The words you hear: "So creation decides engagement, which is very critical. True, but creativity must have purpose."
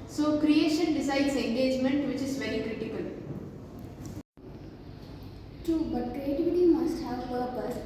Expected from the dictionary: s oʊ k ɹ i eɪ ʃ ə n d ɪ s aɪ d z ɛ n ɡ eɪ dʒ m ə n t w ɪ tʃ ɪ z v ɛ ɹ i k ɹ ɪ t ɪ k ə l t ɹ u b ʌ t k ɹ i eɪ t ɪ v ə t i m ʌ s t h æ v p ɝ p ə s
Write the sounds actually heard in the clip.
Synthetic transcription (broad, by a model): s oʊ k ɹ i eɪ ʃ ə n d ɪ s aɪ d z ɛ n ɡ eɪ dʒ m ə n t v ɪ tʃ ɪ z v ɛ ɹ i k ɹ ɪ t ɪ k ə l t u b ʌ t k ɹ i eɪ t ɪ v ə t i m ʌ s t h æ v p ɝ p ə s